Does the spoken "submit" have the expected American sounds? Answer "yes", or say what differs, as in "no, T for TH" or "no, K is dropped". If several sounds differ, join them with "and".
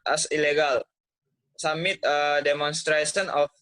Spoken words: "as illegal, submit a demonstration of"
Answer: no, B is dropped